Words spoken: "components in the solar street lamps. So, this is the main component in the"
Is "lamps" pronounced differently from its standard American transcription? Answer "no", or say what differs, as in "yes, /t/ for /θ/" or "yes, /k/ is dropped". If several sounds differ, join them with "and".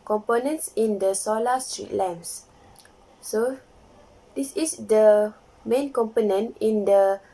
yes, /p/ is dropped